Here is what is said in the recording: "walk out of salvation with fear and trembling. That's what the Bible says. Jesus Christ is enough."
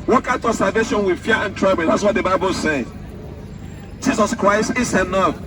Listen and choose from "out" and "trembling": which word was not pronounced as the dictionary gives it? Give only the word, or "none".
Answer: trembling